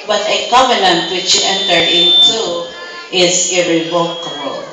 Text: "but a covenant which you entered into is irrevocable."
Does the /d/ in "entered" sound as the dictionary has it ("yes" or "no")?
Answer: no